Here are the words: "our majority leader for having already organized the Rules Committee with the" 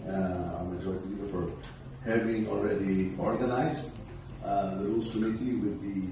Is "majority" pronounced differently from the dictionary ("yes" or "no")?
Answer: yes